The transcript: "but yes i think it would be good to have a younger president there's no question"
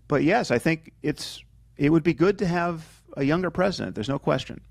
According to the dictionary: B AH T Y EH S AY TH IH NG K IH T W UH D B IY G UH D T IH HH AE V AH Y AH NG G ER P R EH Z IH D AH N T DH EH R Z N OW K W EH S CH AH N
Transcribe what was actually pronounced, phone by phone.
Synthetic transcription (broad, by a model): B AH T Y EH S AY TH IH NG K IH T W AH D B IY G UH D T IH V AH Y AH NG G ER P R EH Z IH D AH N DH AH R Z N OW K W EH S CH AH N